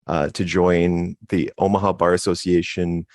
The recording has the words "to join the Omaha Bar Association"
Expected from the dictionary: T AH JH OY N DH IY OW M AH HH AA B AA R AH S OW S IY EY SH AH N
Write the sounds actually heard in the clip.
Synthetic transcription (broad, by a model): T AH JH OY N DH IY OW M AH HH AA B AA R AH S OW S IY EY SH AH N